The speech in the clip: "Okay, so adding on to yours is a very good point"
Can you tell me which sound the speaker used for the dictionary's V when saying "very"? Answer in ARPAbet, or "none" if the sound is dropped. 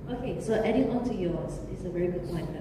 V